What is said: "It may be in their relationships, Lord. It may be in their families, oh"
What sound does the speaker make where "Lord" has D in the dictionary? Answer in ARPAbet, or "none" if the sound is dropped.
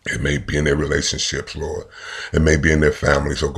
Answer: none